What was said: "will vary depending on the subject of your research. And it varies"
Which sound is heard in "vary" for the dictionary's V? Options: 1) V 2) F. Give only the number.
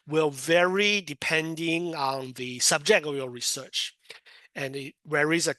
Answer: 1